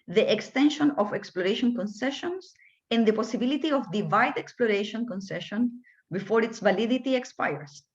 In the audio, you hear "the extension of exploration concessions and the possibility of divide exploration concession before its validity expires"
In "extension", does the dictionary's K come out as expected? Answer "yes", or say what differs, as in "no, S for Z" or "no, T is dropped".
yes